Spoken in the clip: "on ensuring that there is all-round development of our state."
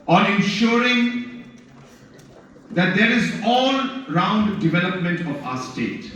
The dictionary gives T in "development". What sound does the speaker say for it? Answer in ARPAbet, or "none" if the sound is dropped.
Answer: T